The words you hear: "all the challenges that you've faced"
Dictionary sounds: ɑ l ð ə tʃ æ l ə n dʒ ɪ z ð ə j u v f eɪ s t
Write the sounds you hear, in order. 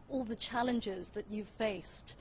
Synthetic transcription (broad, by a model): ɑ l ð ə tʃ æ l ə n dʒ ɪ z ð ə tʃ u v f eɪ s t